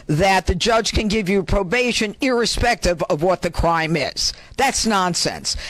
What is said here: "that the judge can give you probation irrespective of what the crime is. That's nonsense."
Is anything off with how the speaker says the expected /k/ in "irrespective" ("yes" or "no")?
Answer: no